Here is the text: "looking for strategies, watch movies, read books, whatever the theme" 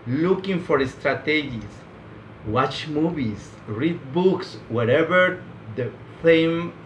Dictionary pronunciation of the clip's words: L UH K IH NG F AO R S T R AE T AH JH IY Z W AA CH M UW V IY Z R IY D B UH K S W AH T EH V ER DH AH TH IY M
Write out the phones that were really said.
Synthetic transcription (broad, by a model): L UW K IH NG F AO R S T R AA T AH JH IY S W AA CH M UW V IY S R IY D B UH K S W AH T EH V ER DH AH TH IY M